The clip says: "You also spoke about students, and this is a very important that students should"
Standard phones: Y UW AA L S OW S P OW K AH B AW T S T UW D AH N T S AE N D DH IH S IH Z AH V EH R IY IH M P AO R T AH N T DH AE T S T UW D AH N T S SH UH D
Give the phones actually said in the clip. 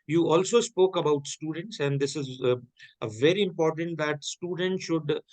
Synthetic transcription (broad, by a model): Y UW AA L S OW S P OW K AH B AW T S T UW D AH N T S AE N D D IH S IH Z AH V EH R IY IH M P AO R T AH N T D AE T S T UW D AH N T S SH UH D